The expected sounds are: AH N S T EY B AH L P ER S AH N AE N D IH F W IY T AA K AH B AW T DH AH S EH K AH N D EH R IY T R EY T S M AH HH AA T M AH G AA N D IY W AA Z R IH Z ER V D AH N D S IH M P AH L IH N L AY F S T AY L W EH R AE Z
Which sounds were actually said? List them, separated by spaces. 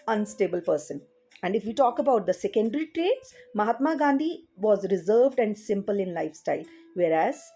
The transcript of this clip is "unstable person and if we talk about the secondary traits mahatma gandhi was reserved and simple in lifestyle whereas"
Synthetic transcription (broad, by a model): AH N S T EY B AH L P ER S AH N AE N D IH F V IY T AA K AH B AW T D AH S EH K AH N D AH R IY T R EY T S M AH HH AA T M AH G AA N D IY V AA Z R IH Z ER V D AH N D S IH M P AH L IH N L AY F S T AY L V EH R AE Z